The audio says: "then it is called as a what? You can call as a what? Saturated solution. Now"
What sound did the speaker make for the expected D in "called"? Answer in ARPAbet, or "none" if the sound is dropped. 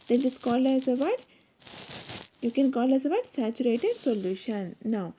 none